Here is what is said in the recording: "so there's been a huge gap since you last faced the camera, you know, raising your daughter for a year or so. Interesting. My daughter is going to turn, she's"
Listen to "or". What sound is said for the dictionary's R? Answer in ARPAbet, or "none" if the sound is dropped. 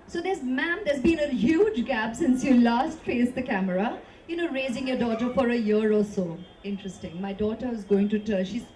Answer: L